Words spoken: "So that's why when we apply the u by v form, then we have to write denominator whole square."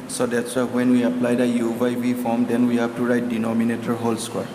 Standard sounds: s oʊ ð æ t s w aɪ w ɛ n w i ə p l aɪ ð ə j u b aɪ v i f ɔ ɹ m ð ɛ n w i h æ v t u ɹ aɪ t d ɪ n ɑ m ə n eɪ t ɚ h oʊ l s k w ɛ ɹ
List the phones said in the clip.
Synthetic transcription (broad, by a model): s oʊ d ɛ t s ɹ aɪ w ɛ n w i ə p l aɪ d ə j u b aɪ b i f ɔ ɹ m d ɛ n w i h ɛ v t u ɹ aɪ t d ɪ n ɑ m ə n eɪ t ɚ h oʊ l s k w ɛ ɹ